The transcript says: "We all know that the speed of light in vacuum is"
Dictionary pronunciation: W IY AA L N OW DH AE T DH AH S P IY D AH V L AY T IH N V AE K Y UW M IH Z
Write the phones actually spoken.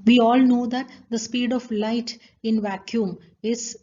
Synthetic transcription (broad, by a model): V IY AA L N OW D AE T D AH S P IY D AH V L AY T IH N V AE K Y UW M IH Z